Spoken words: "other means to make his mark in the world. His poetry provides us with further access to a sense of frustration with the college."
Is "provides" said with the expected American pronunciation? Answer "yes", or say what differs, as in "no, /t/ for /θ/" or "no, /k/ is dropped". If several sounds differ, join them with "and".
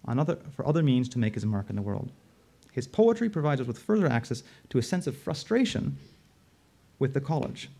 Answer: yes